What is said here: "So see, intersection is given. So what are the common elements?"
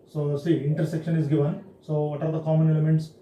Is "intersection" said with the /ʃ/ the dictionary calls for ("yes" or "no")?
yes